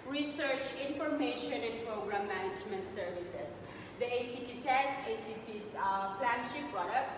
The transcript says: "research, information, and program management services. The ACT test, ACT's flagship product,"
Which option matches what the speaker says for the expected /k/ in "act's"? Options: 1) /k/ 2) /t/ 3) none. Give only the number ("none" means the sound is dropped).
3